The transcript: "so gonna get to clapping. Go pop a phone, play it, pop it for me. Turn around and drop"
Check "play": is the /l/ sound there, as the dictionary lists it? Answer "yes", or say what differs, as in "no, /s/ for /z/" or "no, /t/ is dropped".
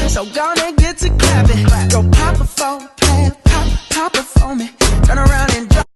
no, /l/ is dropped